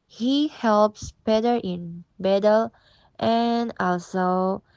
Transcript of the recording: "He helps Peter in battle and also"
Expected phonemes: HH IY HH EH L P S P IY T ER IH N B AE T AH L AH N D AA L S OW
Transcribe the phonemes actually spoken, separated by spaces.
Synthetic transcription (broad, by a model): HH IY HH EH L P S B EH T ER IH N B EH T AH L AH N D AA L S OW